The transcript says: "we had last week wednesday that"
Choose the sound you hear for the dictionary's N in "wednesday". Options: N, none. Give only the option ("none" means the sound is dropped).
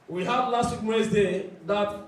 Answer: none